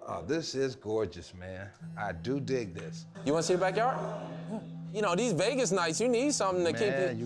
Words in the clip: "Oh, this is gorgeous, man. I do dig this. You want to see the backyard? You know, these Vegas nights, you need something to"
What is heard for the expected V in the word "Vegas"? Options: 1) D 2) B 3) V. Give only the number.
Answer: 3